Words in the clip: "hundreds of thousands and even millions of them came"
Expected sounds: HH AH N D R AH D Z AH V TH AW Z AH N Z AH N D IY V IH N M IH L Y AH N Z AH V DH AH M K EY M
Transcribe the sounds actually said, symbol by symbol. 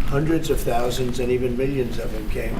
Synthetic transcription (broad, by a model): HH AH N D R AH D Z AH V TH AW Z AH N Z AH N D IY V IH N M IH L Y AH N Z AH V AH M K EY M